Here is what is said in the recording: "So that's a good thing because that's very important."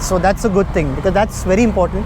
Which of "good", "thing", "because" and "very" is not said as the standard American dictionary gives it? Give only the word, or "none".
thing